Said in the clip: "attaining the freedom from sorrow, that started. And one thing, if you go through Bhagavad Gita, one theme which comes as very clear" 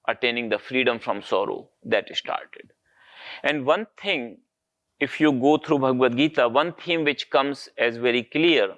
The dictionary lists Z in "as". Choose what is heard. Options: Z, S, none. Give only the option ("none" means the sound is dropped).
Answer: Z